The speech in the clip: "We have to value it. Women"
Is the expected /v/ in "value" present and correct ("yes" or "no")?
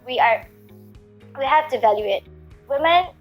yes